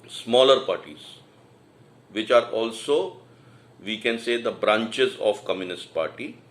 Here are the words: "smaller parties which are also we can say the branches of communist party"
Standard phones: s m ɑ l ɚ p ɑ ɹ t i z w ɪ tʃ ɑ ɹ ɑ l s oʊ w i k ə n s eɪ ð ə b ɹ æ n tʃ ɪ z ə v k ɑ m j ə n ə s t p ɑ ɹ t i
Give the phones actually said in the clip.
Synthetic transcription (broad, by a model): s m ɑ l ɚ p ɑ ɹ t i z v ɪ tʃ ɑ ɹ ɑ l s oʊ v i k ə n s eɪ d ə b ɹ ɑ n tʃ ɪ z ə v k ɑ m j ə n ə s t p ɑ ɹ t i